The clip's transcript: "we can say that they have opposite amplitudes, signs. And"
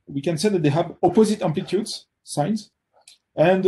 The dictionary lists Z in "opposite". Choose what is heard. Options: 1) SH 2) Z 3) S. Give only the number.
2